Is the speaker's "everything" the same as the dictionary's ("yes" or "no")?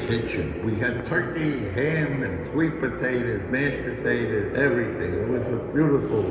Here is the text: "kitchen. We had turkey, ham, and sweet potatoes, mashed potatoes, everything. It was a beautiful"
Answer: yes